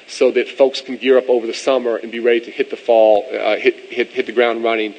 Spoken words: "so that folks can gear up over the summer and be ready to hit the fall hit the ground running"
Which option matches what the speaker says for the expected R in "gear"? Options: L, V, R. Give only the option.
R